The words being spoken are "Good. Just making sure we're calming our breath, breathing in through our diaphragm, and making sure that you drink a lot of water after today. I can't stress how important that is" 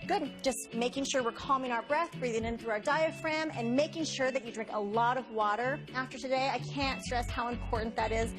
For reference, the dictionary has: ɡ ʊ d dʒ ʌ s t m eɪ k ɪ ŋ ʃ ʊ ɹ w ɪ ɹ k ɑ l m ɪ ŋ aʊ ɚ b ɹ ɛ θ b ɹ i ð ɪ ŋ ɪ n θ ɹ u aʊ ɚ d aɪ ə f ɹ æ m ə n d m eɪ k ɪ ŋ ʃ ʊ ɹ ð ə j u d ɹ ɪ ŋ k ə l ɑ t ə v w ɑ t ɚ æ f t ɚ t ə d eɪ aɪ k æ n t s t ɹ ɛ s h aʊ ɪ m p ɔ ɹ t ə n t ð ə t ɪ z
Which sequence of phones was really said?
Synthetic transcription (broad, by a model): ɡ ʊ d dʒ ʌ s t m eɪ k ɪ ŋ ʃ ʊ ɹ w ɪ ɹ k ɑ l m ɪ ŋ aʊ ɚ b ɹ ɛ θ b ɹ i ð ɪ ŋ ɪ n θ ɹ u aʊ ɚ d aɪ ə f ɹ æ m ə n m eɪ k ɪ ŋ ʃ ʊ ɹ ð ə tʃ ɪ d ɹ ɪ ŋ k ə l ɑ t ə v w ɑ t ɚ æ f t ɚ t ə d eɪ aɪ k æ n t s t ɹ ɛ s h aʊ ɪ m p ɔ ɹ t n ð ə t ɪ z